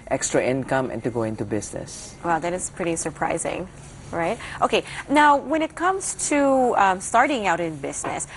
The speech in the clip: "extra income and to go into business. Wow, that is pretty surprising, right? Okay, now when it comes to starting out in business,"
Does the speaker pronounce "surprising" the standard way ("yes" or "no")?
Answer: yes